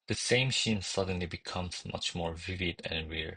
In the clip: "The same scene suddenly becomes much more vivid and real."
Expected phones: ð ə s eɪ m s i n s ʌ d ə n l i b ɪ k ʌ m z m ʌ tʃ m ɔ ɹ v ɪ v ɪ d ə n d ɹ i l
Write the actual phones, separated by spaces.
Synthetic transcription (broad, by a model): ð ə s eɪ m ʃ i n s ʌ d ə n l i b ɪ k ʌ m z m ʌ tʃ m ɔ ɹ v ɪ v ɪ d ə n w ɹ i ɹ